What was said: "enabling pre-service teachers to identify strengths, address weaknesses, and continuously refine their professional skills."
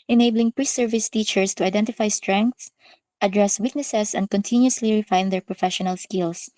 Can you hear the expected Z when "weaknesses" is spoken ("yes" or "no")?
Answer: no